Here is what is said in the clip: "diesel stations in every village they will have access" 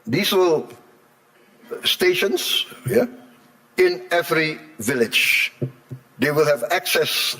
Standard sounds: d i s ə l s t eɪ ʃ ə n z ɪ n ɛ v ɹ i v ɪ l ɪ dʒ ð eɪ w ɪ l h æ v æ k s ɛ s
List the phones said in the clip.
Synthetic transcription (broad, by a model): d i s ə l s t eɪ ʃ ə n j ɪ n ɛ v ɹ i v ɪ l ɪ dʒ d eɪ w ɪ l h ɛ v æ k s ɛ s